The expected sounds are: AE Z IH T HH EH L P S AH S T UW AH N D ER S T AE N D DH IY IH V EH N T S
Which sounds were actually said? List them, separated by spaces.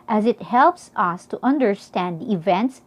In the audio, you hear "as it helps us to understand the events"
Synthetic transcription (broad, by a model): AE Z IH T HH EH L P S AH S T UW AH N D ER S T AE N D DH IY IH V EH N T S